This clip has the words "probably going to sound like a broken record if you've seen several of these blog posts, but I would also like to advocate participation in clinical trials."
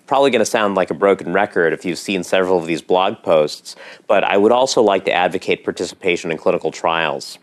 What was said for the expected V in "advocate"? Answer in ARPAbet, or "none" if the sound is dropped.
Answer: V